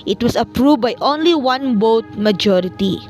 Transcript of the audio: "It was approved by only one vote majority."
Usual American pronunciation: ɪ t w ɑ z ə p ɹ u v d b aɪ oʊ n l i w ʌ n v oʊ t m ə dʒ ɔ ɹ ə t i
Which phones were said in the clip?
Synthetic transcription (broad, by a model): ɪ t w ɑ s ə p ɹ u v b aɪ oʊ n l i w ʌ n b oʊ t m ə dʒ ɔ ɹ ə t i